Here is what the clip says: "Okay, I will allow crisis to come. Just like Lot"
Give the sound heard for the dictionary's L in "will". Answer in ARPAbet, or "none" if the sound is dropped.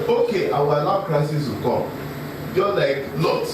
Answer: W